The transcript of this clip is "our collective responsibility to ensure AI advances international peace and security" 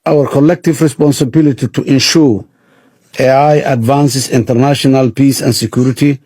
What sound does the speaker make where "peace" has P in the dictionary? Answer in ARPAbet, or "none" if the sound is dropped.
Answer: P